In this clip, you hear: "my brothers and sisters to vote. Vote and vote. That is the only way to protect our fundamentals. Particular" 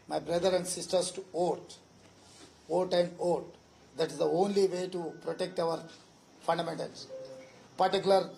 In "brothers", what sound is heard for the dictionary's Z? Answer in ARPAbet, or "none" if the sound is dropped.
none